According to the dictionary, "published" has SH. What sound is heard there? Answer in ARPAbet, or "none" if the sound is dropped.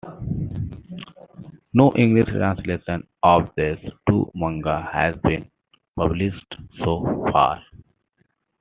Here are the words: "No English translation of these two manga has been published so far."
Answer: S